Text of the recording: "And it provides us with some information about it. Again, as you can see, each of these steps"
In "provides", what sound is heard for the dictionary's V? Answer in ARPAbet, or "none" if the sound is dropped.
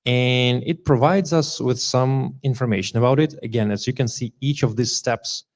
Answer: V